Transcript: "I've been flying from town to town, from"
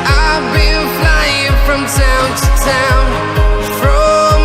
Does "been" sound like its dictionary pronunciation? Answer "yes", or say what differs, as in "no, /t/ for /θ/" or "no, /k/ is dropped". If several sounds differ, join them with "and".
no, /l/ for /n/